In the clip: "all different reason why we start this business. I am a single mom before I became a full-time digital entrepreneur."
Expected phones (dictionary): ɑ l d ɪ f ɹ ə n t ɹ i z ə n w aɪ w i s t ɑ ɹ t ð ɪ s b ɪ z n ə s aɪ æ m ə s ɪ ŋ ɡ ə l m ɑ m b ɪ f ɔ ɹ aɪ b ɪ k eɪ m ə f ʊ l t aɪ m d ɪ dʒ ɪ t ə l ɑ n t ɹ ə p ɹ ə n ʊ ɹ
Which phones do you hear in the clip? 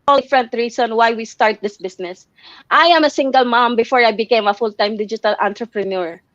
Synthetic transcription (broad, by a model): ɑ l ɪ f ɹ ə n t ɹ i s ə n w aɪ w i s t ɑ ɹ t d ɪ s b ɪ s n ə s aɪ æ m ə s ɪ ŋ ɡ ə l m ɑ m b ɪ f ɔ ɹ aɪ b ɪ k eɪ m ə f ʊ l t aɪ m d ɪ dʒ ɪ t ə l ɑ n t ɹ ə p ɹ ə n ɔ ɹ